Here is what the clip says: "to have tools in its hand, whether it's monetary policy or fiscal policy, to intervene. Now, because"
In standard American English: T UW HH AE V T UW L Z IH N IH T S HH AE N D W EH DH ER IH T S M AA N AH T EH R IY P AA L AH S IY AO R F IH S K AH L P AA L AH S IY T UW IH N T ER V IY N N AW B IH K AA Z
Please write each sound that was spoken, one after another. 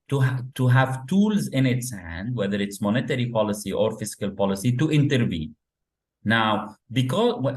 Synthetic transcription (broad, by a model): T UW HH AE V T UW L Z IH N IH T S HH AE N D W EH DH ER IH T S M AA N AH T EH R IY P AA L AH S IY AO R F IH S K AH L P AA L AH S IY T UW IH N T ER V IY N N AW B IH K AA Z